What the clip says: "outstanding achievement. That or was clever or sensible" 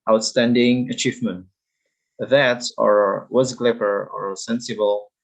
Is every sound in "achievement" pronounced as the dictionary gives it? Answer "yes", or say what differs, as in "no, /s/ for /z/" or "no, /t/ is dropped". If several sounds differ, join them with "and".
yes